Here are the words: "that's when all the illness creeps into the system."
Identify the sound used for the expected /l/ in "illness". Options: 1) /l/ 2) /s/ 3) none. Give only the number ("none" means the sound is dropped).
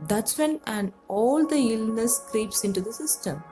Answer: 1